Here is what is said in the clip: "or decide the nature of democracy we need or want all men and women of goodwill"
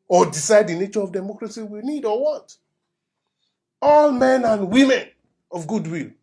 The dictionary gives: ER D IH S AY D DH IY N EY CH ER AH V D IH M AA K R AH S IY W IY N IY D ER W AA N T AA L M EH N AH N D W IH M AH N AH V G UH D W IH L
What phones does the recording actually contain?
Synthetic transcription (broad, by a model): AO D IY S AY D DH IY N EY CH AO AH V D IH M AA K R AH S IY W IY N IY D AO W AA T AA L M EH N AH N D W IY M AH N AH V G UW D W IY L